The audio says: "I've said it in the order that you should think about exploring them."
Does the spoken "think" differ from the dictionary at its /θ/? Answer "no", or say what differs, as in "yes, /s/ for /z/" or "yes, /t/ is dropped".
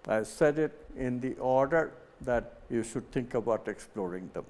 yes, /t/ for /θ/